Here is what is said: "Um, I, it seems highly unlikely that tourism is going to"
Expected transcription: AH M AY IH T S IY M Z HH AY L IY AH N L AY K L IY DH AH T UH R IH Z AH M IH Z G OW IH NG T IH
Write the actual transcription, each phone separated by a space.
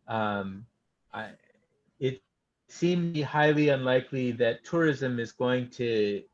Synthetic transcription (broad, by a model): AH M AY IH T S IY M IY HH AY L IY AH N L AY K L IY DH AH T UH R IH Z AH M IH Z G OW IH NG T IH